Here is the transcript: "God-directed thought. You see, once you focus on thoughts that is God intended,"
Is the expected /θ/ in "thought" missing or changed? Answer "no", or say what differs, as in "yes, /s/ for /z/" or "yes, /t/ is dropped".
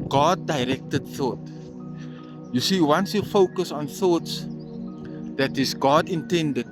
no